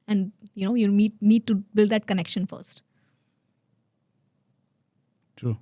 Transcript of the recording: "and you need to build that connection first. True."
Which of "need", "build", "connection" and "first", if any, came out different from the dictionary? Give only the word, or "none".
none